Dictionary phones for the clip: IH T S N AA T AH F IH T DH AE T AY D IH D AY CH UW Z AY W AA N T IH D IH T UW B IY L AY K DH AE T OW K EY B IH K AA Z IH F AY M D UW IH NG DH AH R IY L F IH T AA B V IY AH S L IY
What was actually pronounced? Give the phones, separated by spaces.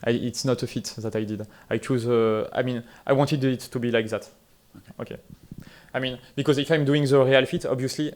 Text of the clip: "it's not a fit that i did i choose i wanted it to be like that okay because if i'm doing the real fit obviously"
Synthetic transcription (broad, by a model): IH T S N AA T AH F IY T DH AE T AY D IH D AY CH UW Z AY W AA N T IH D IH T UW B IY L AY K DH AE T OW K EY B IH K AA Z IH F AY M D UW IH NG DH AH R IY L F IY T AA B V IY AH S L IY